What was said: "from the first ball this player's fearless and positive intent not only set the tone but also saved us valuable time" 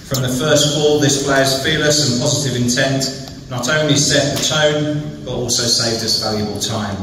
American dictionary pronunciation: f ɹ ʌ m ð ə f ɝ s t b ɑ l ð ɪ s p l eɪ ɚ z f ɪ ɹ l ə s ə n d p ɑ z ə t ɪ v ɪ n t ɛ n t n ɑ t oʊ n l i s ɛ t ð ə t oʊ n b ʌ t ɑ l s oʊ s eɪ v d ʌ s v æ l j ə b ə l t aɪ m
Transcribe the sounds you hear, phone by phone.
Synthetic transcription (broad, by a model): f ɹ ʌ m ð ə f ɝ s t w ɑ l ð ɪ s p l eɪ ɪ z f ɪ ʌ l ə s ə n p ɑ z ə t ɪ v ɪ n t ɛ n t n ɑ t oʊ n l i s ɛ t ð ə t oʊ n b ʌ t ɑ l s oʊ s eɪ v d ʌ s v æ l j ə b ə l t aɪ m